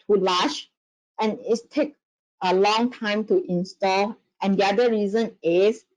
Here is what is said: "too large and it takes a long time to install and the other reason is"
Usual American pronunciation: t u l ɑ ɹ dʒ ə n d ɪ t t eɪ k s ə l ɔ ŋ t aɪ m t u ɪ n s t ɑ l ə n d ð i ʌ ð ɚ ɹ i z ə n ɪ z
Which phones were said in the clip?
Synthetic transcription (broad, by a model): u l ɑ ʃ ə n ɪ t t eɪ k ə l ɔ ŋ t aɪ m t u ɪ n s t ɑ l ə n d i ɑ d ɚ ɹ i z ə n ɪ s